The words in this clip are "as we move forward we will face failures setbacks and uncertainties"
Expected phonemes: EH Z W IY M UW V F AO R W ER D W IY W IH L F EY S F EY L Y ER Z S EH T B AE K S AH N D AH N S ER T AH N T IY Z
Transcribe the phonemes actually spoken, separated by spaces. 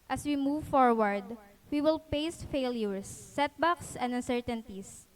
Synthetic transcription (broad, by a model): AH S W IY M UW V F AO R W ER D W IY W IH L P EY S F EY L Y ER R S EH T B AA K S AH N D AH N S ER T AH N T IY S